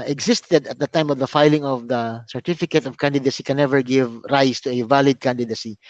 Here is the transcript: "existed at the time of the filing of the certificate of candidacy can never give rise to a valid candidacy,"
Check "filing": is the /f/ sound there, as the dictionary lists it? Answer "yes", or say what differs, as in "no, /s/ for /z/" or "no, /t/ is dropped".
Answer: yes